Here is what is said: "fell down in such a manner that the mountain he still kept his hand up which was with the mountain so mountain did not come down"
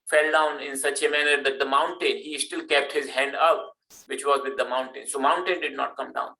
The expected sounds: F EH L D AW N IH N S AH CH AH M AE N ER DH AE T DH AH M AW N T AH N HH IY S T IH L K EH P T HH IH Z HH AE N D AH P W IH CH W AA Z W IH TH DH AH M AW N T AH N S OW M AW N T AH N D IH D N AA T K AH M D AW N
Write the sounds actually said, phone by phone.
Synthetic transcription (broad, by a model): F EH L D AW N IH N S AH CH AH M AE N ER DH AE T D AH M AW N T AH N HH IY S T IH L K EH P T HH IH Z HH AE N D AH P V IH CH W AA Z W IH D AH M AW N T AH N S OW M AW N T AH N D IH D N AA T K AH M D AW N